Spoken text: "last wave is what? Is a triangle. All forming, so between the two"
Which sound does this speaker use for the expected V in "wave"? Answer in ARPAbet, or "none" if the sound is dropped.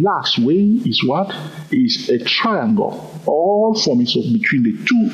none